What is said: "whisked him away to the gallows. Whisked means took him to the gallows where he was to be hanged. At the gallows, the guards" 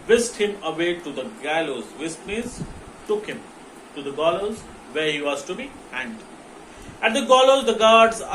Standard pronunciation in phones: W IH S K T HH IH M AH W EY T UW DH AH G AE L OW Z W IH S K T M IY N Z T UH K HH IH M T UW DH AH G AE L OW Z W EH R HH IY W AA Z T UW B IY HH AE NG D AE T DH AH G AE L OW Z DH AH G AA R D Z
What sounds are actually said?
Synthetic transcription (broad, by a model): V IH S T HH IH M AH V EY T UW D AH G AE L OW Z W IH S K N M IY Z T UH K HH IH M T UW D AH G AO L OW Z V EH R HH IY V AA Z T UW B IY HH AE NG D AE T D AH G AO L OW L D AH G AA R D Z